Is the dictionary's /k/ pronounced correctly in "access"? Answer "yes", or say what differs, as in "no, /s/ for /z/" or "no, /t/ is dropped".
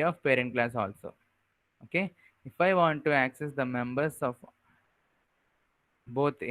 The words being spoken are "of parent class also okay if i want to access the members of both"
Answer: yes